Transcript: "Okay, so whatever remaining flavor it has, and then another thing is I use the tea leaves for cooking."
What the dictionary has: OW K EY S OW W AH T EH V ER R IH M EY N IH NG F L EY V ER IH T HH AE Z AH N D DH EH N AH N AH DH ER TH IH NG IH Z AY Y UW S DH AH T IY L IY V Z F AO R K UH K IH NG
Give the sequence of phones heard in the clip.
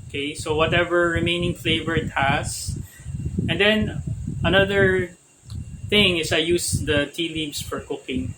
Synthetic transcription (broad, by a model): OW K EY S OW W AH T EH V ER R IH M EY N IH NG F L EY V ER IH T HH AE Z AH N D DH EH N AH N AH DH ER TH IH NG IH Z AY Y UW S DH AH T IY L IY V S F AO R K UH K IH NG